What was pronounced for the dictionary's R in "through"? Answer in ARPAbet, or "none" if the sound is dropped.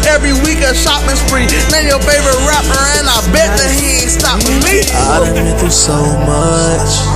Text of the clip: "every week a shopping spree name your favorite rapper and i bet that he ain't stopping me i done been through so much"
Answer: none